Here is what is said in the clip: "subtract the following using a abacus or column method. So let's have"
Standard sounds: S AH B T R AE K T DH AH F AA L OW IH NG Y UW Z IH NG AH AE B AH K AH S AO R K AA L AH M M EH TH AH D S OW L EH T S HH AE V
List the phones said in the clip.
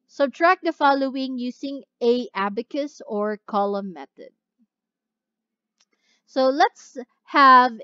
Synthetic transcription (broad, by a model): S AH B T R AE K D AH F AA L OW IH NG Y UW S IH NG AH AE B AH K AH S AO R K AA L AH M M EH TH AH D S OW L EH T S HH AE V